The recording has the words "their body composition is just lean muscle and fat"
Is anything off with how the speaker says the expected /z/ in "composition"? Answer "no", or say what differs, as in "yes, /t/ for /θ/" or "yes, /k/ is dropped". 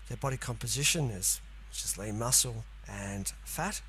no